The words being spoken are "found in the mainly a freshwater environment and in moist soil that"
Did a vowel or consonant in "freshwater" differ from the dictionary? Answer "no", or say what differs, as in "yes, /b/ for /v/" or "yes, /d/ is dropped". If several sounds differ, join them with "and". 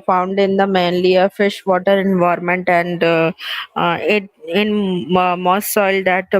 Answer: yes, /ɹ/ is dropped